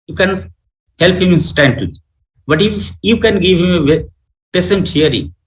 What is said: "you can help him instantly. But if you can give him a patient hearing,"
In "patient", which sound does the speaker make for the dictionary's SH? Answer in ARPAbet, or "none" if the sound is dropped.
S